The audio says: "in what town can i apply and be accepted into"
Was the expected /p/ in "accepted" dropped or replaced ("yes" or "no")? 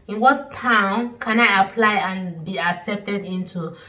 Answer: no